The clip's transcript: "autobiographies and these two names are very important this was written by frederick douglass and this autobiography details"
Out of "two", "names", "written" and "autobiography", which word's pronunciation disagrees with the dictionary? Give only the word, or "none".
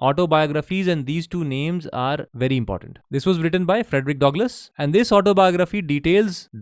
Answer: none